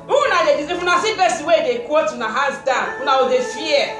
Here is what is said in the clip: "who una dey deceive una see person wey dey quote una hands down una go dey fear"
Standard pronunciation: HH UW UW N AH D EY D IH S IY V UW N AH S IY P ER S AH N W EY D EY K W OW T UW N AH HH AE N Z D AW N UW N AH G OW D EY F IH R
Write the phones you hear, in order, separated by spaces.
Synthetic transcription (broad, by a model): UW UW N AH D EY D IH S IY F UW N AH S IY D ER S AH W EY D EY K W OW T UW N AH HH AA Z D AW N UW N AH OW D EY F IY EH